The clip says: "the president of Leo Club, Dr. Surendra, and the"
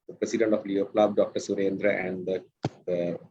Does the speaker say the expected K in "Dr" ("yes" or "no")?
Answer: yes